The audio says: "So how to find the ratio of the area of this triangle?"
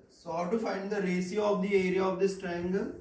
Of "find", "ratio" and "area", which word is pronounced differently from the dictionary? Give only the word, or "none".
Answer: ratio